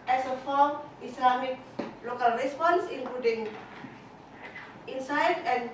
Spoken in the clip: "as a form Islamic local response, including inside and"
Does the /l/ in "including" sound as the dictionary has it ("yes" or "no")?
no